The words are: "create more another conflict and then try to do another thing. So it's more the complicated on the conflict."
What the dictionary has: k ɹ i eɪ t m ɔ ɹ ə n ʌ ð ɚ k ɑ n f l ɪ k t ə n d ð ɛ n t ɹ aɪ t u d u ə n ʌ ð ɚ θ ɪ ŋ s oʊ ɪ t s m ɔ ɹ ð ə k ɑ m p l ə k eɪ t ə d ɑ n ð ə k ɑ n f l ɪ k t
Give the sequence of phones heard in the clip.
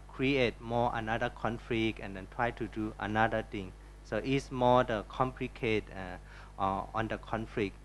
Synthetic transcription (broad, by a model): k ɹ i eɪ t m ɔ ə n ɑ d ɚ k ɑ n f l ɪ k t ə n d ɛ n t ɹ aɪ t u d u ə n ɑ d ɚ t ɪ ŋ s oʊ t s m ɔ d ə k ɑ m p l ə k eɪ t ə ɑ n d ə k ɑ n f l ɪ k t